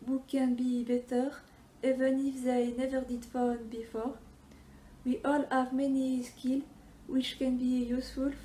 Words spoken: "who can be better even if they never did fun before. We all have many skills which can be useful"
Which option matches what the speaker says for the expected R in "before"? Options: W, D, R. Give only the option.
R